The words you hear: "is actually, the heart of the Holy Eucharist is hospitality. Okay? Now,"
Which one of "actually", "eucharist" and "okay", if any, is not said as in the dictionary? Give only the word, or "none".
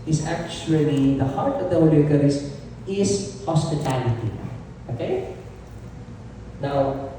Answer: eucharist